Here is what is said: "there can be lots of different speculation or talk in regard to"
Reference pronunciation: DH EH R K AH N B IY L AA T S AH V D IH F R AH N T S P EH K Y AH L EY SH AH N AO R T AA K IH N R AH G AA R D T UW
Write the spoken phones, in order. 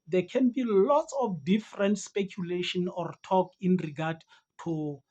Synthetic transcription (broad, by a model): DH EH K AH N B IY L AA T S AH F D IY F R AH N T S P EH K Y AH L EY SH AH N AO R T AA K IH N R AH G AA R D T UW